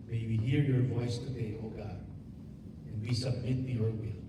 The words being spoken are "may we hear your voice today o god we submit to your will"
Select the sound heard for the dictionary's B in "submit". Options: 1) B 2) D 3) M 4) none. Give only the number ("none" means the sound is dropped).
1